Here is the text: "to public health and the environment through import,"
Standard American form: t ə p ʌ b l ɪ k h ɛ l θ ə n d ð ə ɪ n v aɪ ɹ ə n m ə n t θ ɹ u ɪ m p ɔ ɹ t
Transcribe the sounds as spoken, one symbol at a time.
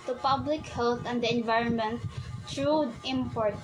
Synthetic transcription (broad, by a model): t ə p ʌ b l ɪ k h ɛ l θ ə n d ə ɪ n v aɪ ɹ ə n m ə n t t ɹ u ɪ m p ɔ ɹ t